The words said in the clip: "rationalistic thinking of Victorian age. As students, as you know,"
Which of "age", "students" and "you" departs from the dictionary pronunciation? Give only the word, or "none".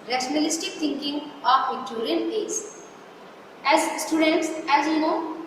age